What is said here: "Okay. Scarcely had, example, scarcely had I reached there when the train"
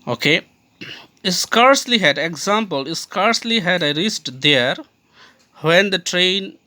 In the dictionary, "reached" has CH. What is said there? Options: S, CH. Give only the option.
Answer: S